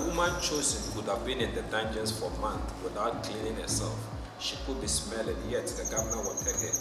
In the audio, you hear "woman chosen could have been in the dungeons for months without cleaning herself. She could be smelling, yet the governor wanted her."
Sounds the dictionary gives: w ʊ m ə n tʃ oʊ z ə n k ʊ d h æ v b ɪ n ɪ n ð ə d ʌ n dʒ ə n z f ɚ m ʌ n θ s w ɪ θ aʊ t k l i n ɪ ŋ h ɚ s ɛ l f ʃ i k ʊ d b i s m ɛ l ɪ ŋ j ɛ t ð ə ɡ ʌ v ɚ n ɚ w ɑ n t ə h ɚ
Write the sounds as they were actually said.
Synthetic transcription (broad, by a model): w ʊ m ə n tʃ oʊ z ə n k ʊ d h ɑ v b ɪ n ɪ n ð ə d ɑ n dʒ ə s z f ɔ m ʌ n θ w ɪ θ aʊ t k l i n ɪ ŋ h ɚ s ɛ l f ʃ i k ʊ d b i s m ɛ l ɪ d j ɛ t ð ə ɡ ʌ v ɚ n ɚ w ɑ t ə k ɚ